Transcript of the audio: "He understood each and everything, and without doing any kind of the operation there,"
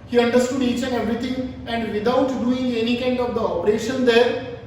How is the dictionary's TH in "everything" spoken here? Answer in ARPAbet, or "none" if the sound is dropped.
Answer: T